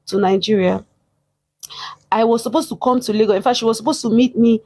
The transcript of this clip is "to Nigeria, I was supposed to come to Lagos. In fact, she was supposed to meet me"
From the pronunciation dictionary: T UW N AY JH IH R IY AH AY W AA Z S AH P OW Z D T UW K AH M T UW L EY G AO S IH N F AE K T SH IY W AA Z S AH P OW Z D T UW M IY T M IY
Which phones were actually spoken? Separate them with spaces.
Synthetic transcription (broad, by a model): T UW N AY JH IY R IY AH AY W AA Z S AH P OW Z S T UW K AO M T UW L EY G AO IH N F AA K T SH IY W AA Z S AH P OW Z T UW M IY T M IY